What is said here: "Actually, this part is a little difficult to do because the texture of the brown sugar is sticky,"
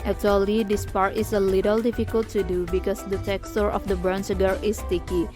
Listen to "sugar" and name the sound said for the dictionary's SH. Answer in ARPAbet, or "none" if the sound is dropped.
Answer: S